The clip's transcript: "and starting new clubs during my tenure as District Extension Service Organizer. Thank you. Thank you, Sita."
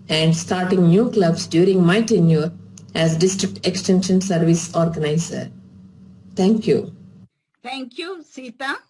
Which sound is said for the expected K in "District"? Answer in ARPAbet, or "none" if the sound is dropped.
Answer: K